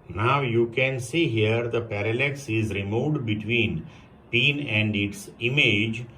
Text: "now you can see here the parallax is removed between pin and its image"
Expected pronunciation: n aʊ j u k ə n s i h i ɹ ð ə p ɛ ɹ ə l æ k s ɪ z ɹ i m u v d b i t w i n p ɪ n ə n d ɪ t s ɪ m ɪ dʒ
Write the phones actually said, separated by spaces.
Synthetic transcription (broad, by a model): n aʊ j u k ə n s i h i ɹ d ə p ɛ ɹ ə l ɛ k s ɪ z ɹ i m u d b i t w i n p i n ə n d ɪ t s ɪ m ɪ dʒ